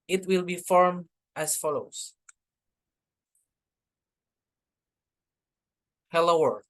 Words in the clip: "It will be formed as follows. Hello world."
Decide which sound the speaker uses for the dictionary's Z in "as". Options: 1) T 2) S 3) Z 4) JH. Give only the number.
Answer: 2